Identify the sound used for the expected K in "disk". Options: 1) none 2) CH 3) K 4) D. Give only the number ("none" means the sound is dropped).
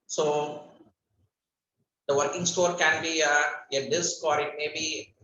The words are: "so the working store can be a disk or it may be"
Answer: 3